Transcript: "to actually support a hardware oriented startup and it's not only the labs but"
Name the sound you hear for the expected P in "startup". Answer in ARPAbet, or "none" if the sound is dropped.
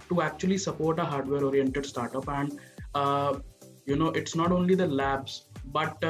P